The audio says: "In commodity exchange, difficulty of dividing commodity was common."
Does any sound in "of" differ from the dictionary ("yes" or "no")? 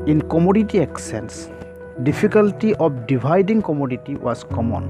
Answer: yes